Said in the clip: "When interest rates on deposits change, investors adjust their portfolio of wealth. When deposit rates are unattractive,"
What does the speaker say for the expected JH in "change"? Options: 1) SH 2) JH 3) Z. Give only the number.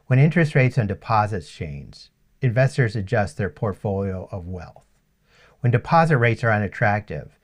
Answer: 3